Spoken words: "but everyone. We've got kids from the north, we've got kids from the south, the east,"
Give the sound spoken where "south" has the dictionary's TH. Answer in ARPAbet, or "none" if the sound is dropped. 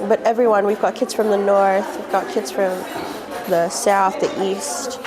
TH